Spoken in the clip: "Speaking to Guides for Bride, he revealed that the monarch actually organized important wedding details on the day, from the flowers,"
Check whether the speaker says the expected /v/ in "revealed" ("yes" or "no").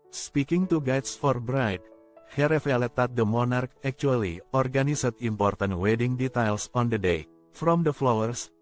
no